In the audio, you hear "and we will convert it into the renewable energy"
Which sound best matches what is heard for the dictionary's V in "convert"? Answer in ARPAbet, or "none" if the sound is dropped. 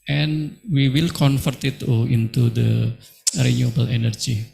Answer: F